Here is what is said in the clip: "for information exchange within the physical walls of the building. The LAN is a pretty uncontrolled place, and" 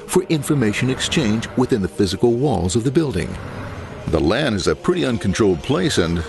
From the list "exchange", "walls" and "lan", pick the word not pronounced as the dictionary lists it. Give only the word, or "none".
none